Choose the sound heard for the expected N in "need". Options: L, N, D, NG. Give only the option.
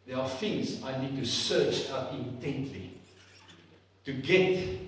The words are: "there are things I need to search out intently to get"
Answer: N